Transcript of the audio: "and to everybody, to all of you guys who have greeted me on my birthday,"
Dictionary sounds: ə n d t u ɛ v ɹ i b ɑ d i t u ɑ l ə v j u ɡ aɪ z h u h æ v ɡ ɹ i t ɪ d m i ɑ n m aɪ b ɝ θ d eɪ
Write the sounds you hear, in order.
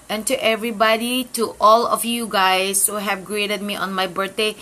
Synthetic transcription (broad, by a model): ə n t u ɛ v ɹ i b ɑ d i t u ɑ l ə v j u ɡ aɪ s h u h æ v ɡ ɹ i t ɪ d m i ɑ n m aɪ b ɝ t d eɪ